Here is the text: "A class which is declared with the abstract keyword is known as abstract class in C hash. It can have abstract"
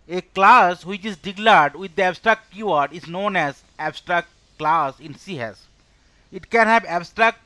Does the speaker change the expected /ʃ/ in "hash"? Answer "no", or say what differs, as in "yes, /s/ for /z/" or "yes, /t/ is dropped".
yes, /s/ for /ʃ/